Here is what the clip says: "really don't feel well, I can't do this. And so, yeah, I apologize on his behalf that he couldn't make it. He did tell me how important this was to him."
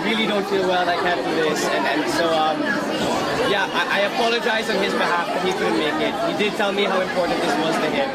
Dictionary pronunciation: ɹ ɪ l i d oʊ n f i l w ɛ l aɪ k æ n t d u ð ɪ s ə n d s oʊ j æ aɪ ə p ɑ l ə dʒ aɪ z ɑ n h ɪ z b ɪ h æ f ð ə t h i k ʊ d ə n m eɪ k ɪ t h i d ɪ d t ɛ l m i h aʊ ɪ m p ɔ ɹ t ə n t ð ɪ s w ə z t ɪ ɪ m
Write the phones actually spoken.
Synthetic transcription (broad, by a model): ɹ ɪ l i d oʊ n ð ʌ w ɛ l aɪ k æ n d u ð ɪ s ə n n s oʊ j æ aɪ ə p ɑ l ə dʒ aɪ z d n ɪ z b ɪ h æ f ð ə t h i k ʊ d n m eɪ k ɪ t h i d ɪ d t ɛ l m i h aʊ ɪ m p ɔ ɹ t n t ð ɪ s w ə z t ɪ ɪ m